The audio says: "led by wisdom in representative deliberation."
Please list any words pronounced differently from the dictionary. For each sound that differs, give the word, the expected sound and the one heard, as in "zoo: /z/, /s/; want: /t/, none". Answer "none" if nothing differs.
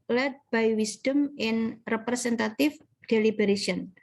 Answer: wisdom: /z/, /s/; representative: /z/, /s/; representative: /v/, /f/